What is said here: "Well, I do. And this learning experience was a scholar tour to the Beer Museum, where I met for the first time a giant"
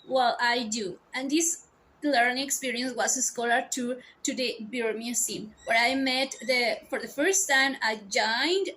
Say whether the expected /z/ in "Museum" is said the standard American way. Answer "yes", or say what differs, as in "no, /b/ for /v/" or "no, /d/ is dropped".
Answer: no, /s/ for /z/